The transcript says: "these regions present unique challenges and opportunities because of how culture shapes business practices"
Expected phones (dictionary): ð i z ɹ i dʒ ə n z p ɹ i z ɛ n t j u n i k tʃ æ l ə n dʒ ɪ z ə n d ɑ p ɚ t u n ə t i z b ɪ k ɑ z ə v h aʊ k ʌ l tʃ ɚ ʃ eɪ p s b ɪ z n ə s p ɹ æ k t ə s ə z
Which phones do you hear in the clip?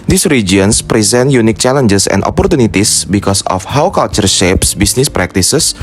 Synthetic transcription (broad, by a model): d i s ɹ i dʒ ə n s p ɹ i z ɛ n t j u n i k tʃ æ l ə n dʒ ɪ s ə n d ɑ p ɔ t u n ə t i s b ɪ k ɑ s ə f h aʊ k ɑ l tʃ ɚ ʃ eɪ p s b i s n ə s p ɹ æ k t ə s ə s